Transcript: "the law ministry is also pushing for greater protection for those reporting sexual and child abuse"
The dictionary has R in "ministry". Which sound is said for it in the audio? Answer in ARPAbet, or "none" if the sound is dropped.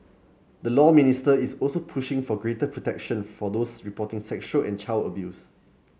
none